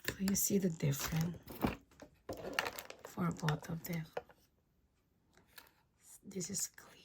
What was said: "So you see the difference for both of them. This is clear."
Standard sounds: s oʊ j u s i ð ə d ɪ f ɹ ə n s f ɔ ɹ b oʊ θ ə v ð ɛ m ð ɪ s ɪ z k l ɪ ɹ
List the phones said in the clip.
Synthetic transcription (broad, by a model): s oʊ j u s i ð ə d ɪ f ɹ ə n f ɔ ɹ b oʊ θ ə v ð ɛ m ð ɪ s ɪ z k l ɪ